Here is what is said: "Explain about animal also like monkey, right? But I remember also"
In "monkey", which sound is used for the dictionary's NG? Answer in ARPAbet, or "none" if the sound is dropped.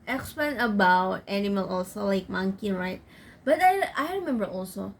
NG